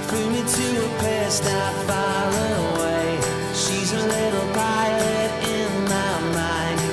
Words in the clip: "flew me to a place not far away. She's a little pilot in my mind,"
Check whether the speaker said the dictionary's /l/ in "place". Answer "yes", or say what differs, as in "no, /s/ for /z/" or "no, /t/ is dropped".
no, /l/ is dropped